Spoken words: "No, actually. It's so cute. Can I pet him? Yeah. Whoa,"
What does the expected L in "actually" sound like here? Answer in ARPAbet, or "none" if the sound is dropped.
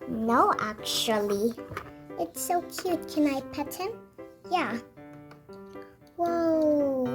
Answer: L